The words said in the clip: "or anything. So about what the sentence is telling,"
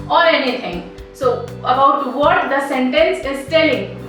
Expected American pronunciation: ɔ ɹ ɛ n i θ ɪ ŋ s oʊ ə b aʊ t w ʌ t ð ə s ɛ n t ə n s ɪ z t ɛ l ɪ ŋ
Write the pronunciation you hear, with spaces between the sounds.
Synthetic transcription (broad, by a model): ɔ ɹ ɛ n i t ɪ ŋ s oʊ ə b aʊ t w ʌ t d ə s ɛ n t ə n s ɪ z t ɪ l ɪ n